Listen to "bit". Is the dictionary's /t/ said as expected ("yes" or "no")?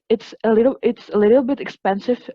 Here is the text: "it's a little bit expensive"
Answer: yes